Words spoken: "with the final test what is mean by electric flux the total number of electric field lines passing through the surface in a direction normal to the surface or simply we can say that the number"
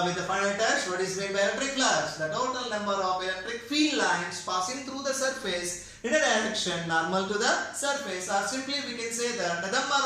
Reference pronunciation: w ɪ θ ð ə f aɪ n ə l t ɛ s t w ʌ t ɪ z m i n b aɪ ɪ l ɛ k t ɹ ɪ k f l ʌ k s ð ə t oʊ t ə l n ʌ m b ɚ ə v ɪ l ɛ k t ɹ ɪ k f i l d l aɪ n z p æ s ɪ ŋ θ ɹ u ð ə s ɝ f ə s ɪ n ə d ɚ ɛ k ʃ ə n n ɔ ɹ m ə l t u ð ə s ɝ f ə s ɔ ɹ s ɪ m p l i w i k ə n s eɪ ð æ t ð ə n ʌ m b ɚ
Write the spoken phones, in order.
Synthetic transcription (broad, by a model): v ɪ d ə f aɪ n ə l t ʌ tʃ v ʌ t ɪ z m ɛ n b aɪ ɪ l ɛ k t ɹ ɪ k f l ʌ s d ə t oʊ t ə l n ʌ m b ɚ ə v ɪ l ɛ k t ɹ ɪ k f i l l aɪ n s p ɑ s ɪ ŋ t ɹ u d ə s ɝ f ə s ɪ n ə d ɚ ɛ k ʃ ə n n ɔ ɹ m ə l t u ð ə s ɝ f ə s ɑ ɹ s ɪ m p l i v i k ə n s eɪ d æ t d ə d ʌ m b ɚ